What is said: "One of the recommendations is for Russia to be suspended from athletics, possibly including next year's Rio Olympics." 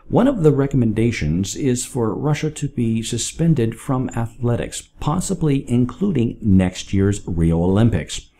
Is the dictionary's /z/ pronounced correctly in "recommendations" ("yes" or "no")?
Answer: yes